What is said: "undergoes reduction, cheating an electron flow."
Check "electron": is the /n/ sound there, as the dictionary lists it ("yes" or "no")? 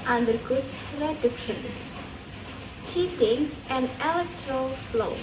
no